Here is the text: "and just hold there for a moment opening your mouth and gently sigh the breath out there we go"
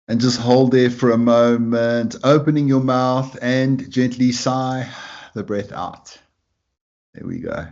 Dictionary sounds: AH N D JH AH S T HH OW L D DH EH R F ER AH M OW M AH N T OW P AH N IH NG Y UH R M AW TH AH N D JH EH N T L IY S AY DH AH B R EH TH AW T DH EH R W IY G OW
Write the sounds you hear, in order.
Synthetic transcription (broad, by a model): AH N JH AH S T HH OW L D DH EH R F ER AH M OW M AH N T OW P AH N IH NG Y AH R M AW TH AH N JH EH N T L IY S AY DH AH B R EH TH AW T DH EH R W IY G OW